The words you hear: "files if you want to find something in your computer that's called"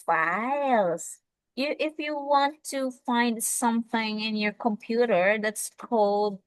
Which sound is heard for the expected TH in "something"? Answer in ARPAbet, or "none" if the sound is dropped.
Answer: TH